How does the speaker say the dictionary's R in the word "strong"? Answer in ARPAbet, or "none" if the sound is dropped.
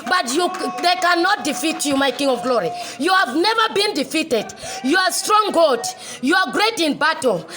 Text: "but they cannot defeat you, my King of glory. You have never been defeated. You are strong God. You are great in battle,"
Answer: R